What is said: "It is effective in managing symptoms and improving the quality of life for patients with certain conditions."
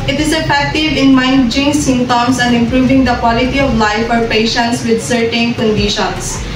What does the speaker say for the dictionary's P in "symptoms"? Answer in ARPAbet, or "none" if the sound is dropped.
none